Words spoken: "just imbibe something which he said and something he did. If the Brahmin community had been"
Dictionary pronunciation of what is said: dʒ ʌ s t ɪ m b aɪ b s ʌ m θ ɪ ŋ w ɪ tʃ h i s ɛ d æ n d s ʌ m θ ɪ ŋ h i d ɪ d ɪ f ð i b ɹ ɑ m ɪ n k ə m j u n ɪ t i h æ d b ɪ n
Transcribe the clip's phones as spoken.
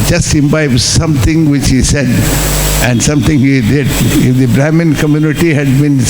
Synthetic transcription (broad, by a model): dʒ ʌ s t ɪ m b aɪ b s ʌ m t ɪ ŋ w ɪ tʃ h i s ɛ d æ n d s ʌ m t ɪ ŋ h i d ɪ d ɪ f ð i b ɹ ɑ m ɪ n k ə m j u n ɪ t i h æ d b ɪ n